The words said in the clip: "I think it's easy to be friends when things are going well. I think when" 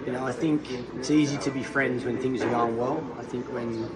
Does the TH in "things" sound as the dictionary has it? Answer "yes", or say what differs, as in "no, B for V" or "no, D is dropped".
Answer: yes